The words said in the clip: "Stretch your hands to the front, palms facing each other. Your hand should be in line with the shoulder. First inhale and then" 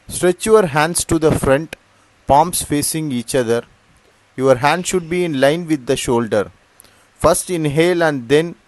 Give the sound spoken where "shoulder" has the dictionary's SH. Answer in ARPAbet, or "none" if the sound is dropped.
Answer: SH